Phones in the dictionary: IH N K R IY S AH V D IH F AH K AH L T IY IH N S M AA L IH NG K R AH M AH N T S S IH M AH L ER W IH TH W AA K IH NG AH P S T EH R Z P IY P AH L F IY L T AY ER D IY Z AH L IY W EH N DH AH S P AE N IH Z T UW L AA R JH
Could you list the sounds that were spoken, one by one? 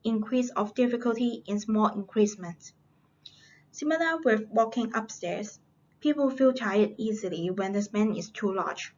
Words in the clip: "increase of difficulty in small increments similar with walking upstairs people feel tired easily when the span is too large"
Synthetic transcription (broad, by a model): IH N K R IY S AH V D IH F AH K AH L T IY IH N S M AA L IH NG K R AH M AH N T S S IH M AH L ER W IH W AA K IH NG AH P S T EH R S P IY P AH L F IY L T AY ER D IY Z AH L IY W EH N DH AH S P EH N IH S T UW L AA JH